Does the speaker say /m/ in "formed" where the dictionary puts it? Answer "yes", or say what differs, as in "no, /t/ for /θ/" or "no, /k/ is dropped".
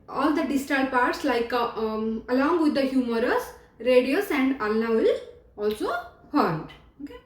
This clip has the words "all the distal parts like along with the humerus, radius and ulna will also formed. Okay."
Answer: no, /m/ is dropped